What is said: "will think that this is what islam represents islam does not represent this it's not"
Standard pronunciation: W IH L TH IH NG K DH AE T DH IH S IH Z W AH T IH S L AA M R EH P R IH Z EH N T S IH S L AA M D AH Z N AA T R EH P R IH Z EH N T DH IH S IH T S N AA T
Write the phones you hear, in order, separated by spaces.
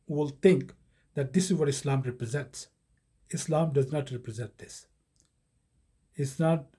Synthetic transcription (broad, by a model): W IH L T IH NG K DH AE T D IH S IH Z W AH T IH S L AA M R EH P R IH Z EH N T S IH S L AA M D AH Z N AA T R EH P R IH Z EH N T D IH S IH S N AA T